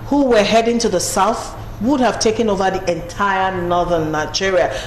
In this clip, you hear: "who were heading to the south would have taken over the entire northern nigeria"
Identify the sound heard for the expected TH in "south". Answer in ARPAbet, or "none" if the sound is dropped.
TH